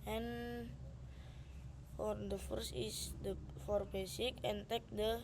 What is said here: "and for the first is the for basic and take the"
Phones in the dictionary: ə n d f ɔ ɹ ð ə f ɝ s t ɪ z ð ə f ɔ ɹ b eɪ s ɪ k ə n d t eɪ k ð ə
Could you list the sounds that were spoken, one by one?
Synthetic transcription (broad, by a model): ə n f ɔ ɹ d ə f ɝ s ɪ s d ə f ɔ ɹ b eɪ s ɪ k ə n t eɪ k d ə